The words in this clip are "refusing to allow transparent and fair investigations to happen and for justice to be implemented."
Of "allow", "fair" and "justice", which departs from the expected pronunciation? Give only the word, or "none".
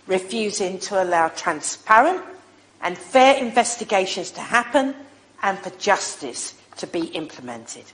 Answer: none